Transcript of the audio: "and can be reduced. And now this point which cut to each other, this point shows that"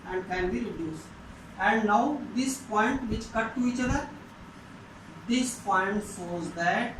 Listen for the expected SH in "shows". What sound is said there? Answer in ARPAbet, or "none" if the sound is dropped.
S